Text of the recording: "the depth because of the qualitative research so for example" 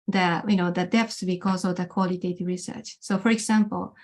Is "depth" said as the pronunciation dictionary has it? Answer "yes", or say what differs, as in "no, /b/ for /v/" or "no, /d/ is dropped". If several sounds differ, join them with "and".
no, /s/ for /θ/